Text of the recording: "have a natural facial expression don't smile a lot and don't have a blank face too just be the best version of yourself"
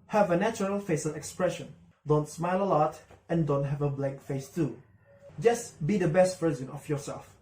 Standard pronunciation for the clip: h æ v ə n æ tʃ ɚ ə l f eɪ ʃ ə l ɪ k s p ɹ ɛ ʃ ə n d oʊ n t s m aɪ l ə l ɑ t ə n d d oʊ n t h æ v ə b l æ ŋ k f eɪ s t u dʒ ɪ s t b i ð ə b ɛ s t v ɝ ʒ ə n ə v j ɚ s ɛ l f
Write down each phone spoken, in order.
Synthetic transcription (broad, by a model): h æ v ə n æ tʃ ɚ ə l f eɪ s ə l ɪ k s p ɹ ɛ ʃ ə n d oʊ n t s m aɪ l ə l ɑ t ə n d d oʊ n t h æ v ə b l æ ŋ k f eɪ s t u dʒ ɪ s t b i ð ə b ɛ s t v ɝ z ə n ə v j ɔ s ɛ l f